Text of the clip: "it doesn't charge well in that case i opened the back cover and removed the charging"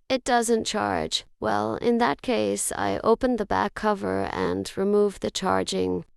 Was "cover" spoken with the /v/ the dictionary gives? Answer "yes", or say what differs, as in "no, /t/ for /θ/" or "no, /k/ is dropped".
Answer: yes